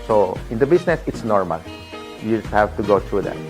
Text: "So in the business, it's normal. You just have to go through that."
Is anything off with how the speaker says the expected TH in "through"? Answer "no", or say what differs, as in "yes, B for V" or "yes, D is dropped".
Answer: yes, T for TH